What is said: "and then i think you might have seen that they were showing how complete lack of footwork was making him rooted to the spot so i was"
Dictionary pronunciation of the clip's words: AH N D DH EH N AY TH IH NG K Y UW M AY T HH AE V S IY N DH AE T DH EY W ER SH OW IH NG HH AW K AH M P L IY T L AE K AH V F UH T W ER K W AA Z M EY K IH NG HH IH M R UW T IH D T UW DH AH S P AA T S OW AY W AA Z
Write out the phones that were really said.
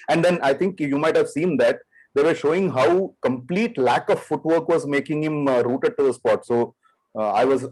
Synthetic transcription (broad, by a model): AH N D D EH N AY T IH NG K Y UW M AY T HH AE V S IY N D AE T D EY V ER SH OW IH NG HH AW K AH M P L IY T L AE K AH V F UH T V ER K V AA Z M EY K IH NG HH IH M R UW T IH D T UW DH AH S P AA T S OW AY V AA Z